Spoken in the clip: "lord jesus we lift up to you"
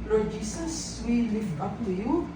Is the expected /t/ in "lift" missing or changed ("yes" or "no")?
yes